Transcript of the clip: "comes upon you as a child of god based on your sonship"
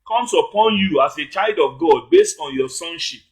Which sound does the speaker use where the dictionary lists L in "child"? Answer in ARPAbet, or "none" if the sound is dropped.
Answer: L